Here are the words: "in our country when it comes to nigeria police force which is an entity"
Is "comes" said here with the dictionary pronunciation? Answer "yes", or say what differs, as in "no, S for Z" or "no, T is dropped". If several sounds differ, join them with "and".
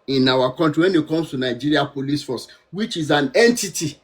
no, S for Z